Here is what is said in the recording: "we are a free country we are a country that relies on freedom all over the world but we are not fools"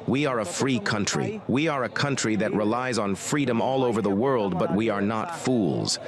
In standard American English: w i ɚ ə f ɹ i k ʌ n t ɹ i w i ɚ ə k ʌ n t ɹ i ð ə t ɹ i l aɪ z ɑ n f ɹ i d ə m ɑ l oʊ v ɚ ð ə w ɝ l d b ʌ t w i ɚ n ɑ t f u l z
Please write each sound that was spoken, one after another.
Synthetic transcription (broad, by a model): w i ɚ ə f ɹ i k ʌ n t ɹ i w i ɚ ə k ʌ n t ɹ i ð ə t ɹ i l aɪ z n f ɹ i d ə m ɑ l oʊ v ɚ ð ə w ɝ l d b ʌ t w i ɚ n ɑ t f u l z